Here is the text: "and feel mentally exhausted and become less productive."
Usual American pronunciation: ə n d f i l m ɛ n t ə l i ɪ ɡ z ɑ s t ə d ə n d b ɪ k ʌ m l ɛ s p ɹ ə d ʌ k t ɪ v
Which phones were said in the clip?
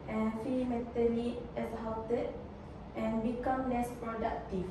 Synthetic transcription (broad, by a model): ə n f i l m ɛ t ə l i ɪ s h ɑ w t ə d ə n b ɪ k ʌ m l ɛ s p ɹ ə d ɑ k t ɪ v